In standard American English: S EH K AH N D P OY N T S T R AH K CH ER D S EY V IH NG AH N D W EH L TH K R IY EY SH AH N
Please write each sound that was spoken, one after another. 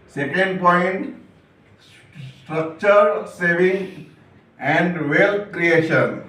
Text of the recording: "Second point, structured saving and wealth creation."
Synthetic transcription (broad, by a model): S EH K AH N D P OY N T S T R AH K CH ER D S EY V IH NG AH N D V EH L T K R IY EY SH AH N